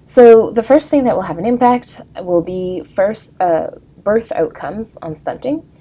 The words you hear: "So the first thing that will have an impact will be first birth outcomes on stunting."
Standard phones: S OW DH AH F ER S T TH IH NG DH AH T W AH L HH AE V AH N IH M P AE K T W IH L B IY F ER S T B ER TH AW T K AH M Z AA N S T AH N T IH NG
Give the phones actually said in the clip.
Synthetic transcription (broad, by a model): S OW DH AH F ER S T TH IH NG DH AH T W AH L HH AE V AH N IH M P AE K T W IH L B IY F ER S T B ER TH AW T K AH M Z N S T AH N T IH NG